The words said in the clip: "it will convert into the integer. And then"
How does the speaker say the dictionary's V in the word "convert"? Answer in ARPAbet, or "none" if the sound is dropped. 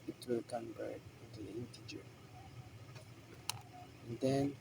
B